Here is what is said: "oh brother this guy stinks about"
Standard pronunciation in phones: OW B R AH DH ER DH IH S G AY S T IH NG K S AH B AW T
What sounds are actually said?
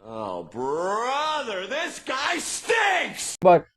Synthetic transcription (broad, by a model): OW B R AH DH ER DH IH S G AY S T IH K S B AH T